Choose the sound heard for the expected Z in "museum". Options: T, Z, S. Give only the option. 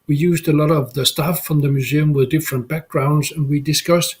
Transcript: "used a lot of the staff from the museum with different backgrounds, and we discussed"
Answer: Z